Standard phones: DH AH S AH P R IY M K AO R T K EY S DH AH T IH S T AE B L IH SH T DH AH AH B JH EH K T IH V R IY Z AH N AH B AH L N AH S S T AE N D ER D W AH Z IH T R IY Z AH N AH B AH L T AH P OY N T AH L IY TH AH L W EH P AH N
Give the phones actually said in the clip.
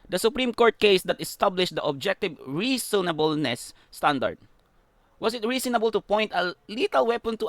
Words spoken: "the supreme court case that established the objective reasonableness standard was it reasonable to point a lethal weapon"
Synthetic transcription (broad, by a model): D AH S AH P R IY M K AO R T K EY S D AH T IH S T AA B L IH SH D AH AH B JH EH K T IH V R IY S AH N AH B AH L N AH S S T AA N D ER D W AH S IH T R IY S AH N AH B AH L T AH P OY N T AH L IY T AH L W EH P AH N